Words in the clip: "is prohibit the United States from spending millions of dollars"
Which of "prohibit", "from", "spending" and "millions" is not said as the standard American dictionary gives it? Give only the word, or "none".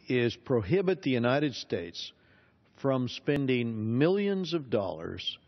none